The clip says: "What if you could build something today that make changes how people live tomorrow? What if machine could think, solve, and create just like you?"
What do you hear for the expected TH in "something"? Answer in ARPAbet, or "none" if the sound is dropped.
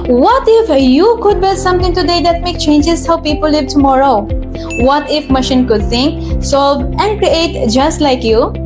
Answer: T